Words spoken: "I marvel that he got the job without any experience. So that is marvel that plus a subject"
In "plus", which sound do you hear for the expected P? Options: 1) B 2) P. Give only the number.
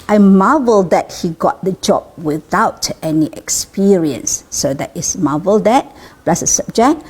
1